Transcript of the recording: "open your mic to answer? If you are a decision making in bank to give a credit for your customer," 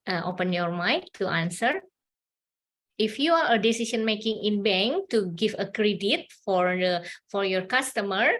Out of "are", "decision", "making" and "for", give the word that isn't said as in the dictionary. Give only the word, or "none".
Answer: decision